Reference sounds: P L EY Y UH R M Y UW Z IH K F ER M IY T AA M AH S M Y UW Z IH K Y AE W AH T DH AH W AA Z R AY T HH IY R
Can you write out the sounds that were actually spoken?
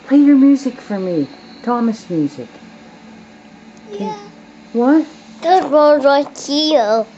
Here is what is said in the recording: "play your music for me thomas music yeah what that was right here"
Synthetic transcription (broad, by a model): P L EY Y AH R M Y UW Z IH K F ER M IY T AA M AH S M Y UW Z IH K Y W AH T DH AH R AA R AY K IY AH